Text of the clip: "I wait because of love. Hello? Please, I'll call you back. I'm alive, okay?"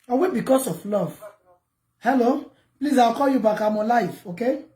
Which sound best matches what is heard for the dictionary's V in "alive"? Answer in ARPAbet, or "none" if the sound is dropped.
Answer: F